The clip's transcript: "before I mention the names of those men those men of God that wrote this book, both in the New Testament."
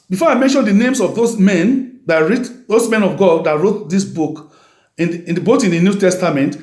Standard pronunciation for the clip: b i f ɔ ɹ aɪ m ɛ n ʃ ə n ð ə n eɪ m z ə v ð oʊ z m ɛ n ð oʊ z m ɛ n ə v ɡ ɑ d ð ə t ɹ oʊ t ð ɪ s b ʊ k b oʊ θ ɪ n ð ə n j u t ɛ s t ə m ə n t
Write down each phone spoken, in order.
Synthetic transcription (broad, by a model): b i f ɔ ɹ aɪ m ɛ n ʃ ə n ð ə n eɪ m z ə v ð oʊ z m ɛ n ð oʊ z m ɛ n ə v ɡ ɑ d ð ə t ɹ oʊ t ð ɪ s b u k b oʊ t ɪ n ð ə n j u t ɛ s t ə m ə n t